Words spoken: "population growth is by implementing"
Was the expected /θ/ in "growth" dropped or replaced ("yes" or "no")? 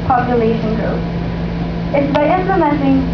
yes